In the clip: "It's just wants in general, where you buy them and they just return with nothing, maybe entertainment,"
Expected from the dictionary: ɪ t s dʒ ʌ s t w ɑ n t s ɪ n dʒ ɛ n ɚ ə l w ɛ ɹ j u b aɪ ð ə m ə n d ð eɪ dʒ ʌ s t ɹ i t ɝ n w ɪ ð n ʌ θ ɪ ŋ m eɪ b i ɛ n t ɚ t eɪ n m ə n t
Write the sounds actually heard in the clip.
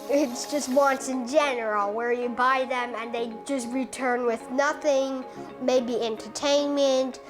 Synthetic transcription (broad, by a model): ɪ t s dʒ ʌ s t w ɑ n t s ɪ n dʒ ɛ n ɚ l w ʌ ɹ j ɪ b aɪ ð ə m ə n ð eɪ dʒ ʌ s t ɹ i t ɝ n w ɪ ð n ʌ θ ɪ ŋ m eɪ b i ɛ n t ɚ t eɪ n m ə n t